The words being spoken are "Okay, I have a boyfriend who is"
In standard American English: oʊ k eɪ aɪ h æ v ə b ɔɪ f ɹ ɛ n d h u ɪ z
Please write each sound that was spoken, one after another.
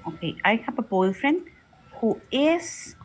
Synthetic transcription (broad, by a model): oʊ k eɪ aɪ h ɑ p ə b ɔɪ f ɹ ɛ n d h u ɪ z